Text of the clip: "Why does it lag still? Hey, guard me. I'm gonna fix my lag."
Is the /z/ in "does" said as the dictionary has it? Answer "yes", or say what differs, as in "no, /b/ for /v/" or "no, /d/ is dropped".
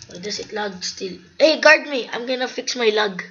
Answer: no, /s/ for /z/